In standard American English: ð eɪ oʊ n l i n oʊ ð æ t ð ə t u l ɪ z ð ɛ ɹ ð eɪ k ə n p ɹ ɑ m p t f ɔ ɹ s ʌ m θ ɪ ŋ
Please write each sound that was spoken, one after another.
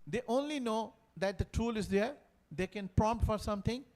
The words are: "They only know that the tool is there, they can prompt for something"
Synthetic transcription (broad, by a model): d eɪ oʊ n l i n oʊ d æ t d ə t u l ɪ z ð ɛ ɹ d eɪ k ə n p ɹ ɑ m p t f ɔ ɹ s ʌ m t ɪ ŋ